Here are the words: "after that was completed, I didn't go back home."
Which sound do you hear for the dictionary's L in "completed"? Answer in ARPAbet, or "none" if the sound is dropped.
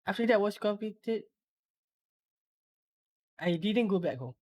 none